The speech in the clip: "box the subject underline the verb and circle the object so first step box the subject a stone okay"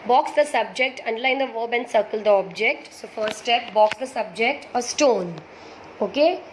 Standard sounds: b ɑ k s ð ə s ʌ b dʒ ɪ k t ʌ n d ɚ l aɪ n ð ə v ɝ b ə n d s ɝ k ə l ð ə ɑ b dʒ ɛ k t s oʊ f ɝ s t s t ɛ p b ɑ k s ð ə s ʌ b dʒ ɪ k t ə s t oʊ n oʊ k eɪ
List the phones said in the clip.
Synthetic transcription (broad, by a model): b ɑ k s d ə s ʌ b dʒ ɪ k t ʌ n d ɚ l aɪ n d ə v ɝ b ə n d s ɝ k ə l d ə ɑ b dʒ ɛ k t s oʊ f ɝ t s t ɛ p b ɑ k s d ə s ʌ b dʒ ɪ k t ə s t oʊ n oʊ k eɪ